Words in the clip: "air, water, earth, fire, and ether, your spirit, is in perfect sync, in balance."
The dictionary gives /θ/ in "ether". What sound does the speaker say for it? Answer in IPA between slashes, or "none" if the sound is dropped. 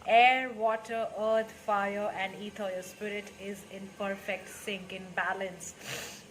/t/